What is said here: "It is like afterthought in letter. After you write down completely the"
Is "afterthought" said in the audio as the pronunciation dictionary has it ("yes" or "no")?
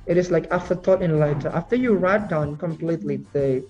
no